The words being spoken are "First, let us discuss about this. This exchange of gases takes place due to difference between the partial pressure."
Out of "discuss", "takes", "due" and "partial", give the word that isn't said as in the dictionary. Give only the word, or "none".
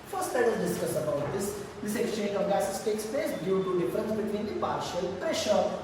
none